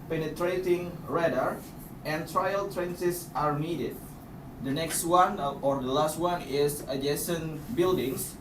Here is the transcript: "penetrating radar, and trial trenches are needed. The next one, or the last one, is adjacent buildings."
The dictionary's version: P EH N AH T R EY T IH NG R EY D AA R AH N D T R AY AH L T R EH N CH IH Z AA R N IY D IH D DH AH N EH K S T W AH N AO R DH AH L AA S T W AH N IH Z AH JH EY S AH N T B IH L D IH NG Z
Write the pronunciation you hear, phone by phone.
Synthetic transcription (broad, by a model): P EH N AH T R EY T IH NG R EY D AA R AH N T R AY AH L T R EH N S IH S AA R N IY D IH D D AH N EH K S T W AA N AO R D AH L AA S T W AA N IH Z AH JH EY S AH N B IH L D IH NG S